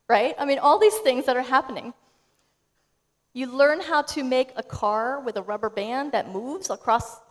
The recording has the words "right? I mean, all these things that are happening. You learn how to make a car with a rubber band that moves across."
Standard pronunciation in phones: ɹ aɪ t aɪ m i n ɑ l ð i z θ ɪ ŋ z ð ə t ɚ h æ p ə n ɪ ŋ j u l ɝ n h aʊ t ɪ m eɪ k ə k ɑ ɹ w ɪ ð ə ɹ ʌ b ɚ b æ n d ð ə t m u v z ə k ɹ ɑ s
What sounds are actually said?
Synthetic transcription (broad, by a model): ɹ aɪ t aɪ m i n ɑ l ð i z θ ɪ ŋ z ð ə t ɚ h æ p ə n ɪ ŋ j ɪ l ɝ n h aʊ t ɪ m eɪ k ə k ɑ ɹ w ɪ ð ə ɹ ʌ b ɚ b æ n ð ə t m u v z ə k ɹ ɑ s